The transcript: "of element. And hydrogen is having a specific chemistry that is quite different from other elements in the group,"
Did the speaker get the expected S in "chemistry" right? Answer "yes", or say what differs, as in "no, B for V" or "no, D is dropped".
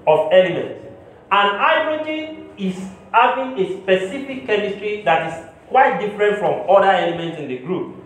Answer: yes